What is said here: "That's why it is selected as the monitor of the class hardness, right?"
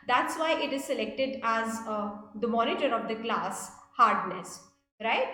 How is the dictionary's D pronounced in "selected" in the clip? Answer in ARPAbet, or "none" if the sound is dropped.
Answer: D